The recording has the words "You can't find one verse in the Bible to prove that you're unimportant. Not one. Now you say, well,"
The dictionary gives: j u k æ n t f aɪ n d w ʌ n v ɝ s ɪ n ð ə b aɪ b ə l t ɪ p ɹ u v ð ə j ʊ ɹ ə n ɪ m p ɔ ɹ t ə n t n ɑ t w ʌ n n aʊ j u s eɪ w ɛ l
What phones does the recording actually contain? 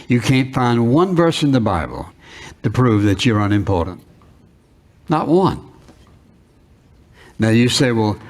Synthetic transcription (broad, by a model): j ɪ k æ n t f aɪ n d w ʌ n v ɝ s ɪ n ð ə b aɪ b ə l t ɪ p ɹ u v ð ə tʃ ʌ ɹ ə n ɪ m p ɔ ɹ t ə n t n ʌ t w ʌ n n aʊ j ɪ s eɪ w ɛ l